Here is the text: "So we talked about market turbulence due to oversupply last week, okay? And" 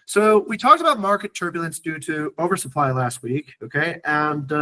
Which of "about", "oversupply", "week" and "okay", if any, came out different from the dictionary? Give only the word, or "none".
none